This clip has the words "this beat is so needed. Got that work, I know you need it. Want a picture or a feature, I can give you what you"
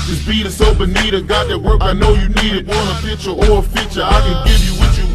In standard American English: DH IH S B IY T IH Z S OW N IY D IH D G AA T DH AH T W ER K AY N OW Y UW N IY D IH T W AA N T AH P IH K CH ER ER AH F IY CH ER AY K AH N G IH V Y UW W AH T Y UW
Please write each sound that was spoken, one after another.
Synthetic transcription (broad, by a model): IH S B IY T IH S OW N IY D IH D G AA T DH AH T W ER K AY N OW Y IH N IY D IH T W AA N AH F IH CH ER ER AH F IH CH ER AY K AH N G IH V Y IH W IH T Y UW